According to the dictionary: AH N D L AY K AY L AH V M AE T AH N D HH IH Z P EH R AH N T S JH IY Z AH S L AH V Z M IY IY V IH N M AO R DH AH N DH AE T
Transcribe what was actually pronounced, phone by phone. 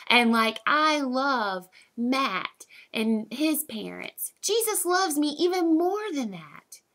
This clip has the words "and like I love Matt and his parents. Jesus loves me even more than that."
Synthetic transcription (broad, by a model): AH N L AY K AY L AH V M AE T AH N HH IH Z P EH R AH N T S JH IY Z AH S L AH V Z M IY IY V IH N M AO R DH AH N DH AE T